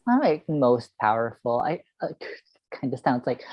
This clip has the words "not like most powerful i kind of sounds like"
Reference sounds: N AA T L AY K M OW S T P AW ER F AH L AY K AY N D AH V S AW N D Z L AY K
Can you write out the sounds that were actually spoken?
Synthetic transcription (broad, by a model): AA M L AY K M OW S T P AW ER F L AY K AY N D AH S AW N D Z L AY K